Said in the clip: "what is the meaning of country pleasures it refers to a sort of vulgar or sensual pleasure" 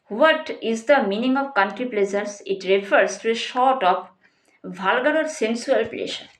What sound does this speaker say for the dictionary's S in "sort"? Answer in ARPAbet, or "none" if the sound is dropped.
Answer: SH